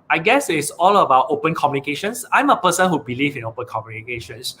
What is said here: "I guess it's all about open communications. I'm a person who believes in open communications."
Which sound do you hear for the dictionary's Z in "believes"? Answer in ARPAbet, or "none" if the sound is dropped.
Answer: none